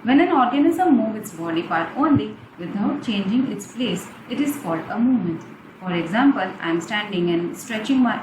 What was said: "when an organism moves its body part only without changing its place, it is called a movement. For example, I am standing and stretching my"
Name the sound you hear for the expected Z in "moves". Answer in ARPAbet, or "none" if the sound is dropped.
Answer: none